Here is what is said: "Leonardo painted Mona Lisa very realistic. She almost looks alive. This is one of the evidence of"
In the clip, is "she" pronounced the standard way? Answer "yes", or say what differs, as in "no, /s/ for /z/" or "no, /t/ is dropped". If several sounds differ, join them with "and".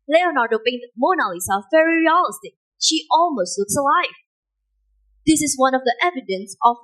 yes